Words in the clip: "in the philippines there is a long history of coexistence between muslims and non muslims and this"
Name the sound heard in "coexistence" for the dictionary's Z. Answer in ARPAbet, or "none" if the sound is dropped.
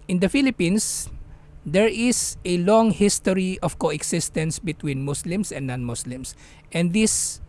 S